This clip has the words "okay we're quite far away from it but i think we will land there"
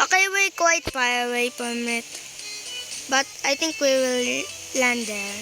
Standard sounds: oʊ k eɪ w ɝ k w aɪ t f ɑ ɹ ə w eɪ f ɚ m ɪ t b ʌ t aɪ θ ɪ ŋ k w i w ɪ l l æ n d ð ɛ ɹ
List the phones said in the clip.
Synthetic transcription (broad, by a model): oʊ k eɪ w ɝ k w aɪ t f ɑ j ə w eɪ p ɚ m ɪ t b ʌ t aɪ t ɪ ŋ k w i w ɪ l l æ n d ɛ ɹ